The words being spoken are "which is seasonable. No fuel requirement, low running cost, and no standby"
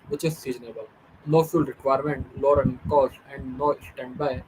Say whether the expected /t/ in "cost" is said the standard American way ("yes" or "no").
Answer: no